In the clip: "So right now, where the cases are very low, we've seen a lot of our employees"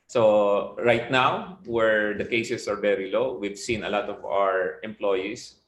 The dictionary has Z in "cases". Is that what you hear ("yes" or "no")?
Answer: no